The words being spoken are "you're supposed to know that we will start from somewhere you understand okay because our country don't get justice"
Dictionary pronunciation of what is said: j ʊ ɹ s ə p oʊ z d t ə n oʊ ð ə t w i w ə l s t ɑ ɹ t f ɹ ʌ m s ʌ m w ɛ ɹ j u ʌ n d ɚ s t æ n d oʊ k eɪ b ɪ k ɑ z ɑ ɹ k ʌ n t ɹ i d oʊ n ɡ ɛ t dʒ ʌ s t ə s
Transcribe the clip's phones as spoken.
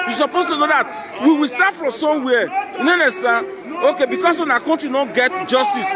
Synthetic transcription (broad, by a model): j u s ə p oʊ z t ə n oʊ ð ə t w i w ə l s t ɑ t f ɹ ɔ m s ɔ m w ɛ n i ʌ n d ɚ s t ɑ n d oʊ k eɪ b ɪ k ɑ s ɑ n k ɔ n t ɹ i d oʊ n ɡ ɛ t dʒ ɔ s t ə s